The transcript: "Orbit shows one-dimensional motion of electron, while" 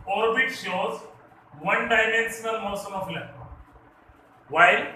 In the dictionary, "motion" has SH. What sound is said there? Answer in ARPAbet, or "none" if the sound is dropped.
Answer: S